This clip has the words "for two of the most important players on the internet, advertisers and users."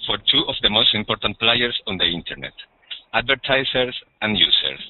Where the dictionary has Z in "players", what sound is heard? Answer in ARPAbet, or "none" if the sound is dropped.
S